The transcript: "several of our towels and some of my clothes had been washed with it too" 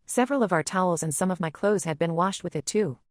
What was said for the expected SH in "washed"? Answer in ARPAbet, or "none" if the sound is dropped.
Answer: SH